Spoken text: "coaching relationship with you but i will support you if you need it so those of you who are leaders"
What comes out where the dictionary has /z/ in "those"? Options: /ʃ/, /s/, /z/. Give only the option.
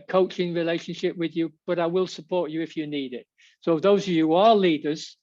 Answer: /z/